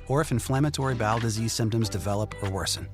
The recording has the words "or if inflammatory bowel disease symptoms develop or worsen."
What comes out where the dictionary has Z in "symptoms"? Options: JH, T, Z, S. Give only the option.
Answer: Z